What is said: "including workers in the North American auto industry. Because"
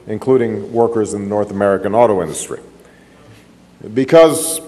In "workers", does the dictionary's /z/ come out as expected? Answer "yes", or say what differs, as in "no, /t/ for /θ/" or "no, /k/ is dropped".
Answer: yes